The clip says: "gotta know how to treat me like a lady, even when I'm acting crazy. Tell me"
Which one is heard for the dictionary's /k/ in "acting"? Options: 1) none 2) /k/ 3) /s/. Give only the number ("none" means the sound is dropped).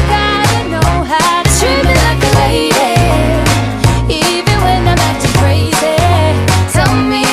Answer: 1